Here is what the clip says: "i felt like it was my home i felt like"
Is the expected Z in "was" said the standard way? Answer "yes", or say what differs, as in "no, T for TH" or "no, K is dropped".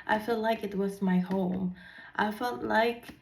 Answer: yes